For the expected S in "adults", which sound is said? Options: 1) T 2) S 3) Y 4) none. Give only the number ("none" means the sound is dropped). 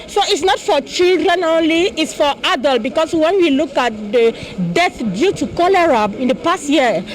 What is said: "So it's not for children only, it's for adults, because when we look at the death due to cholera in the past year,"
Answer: 4